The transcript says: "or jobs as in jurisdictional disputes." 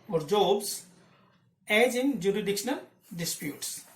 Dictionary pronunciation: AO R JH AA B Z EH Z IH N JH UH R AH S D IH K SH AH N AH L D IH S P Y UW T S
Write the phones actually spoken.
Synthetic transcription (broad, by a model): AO R JH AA B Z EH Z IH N JH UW R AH D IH K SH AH N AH L D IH S P Y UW T S